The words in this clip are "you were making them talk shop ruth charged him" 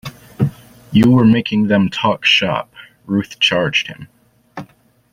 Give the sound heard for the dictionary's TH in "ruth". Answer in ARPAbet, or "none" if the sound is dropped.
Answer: TH